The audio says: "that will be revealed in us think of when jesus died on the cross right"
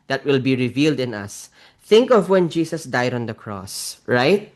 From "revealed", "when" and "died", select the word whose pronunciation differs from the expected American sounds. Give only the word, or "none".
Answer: none